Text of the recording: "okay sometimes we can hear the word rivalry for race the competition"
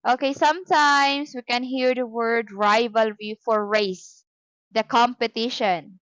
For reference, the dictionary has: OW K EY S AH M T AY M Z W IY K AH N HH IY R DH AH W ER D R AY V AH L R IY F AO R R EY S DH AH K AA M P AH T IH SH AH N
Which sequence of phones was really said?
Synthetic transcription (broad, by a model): OW K EY S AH M T AY M S W IY K AH N HH IY R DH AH W ER D R AY V AH L R IY F AO R R EY S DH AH K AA M P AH T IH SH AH N